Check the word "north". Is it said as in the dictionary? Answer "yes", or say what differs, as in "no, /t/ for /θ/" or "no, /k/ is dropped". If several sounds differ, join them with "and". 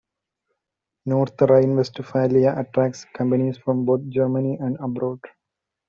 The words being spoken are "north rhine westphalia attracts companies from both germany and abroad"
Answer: no, /t/ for /θ/